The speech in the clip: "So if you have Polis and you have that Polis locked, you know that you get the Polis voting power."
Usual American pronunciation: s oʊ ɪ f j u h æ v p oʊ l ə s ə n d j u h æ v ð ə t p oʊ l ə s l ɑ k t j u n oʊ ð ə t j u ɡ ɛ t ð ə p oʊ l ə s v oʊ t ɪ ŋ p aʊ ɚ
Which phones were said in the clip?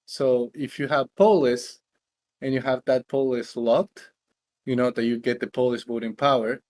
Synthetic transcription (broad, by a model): s oʊ ɪ f j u h æ v p oʊ l ə s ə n j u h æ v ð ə t p oʊ l ə s l ɑ k t j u n oʊ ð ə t j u ɡ ɛ t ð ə p oʊ l ə s b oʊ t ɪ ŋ p aʊ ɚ